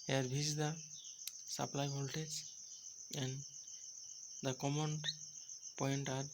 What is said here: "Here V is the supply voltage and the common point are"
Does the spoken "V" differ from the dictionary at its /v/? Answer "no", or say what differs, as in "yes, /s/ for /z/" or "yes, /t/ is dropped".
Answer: yes, /b/ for /v/